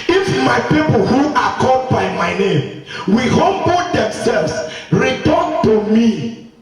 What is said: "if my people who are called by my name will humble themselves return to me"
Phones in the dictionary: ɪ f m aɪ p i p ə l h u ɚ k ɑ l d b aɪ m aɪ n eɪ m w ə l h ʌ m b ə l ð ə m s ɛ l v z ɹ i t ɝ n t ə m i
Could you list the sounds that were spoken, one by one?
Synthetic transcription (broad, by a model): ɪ f m aɪ p i p ə l h u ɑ k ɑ d b aɪ m aɪ n eɪ m w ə h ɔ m b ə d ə m s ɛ l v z ɹ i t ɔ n t ə m i